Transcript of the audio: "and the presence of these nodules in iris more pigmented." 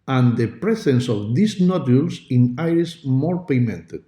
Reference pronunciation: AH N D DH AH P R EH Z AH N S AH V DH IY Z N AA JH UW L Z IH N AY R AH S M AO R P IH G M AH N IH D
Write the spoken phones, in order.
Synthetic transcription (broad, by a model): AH N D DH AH P R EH S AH N S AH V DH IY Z N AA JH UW L S IH N AY R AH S M AO R P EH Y M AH N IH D